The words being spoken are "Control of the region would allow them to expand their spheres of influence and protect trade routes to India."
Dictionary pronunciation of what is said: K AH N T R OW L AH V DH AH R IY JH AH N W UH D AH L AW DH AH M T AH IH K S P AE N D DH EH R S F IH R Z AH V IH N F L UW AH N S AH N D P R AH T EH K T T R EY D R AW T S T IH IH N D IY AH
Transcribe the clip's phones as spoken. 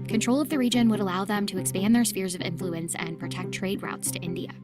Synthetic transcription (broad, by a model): K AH N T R OW L AH V DH AH R IY JH AH N W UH D AH L AW DH AH M T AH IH K S P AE N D DH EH R S F IH R Z AH V IH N F L UW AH N S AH N P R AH T EH K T T R EY D R AW T S T IH IH N D IY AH